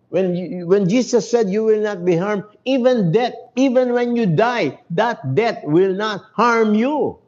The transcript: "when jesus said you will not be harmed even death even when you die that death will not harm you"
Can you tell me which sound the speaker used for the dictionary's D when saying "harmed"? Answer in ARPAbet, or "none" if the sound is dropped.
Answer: none